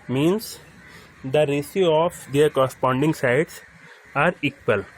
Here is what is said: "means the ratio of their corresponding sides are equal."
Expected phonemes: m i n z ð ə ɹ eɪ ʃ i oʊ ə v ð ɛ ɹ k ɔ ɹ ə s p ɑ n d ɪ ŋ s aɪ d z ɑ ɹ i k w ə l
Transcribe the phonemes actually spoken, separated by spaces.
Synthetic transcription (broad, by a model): m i n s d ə ɹ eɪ s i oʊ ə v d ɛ ɹ k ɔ ɹ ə s p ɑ n d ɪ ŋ s aɪ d s ɑ ɹ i k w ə l